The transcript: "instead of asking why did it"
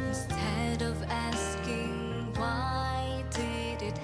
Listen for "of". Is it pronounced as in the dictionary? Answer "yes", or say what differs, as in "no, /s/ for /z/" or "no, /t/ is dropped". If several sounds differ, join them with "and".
yes